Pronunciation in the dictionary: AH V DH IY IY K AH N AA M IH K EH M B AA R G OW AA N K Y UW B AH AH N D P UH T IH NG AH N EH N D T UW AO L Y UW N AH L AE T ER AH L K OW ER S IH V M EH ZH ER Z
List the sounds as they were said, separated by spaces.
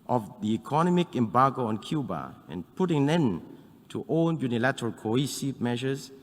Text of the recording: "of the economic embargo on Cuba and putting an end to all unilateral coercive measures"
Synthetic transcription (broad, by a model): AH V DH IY IY K AH N AA M IH K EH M B AA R G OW AA N K Y UW B AH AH N P UH T IH NG AH N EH N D T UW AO N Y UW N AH L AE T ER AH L K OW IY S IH M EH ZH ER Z